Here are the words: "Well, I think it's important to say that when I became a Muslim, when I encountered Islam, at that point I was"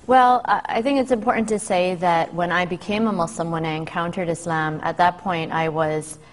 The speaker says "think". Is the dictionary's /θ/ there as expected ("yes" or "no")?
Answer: yes